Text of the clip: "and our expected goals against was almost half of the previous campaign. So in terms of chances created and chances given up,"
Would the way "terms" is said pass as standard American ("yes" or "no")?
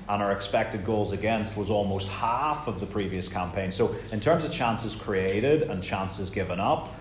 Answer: yes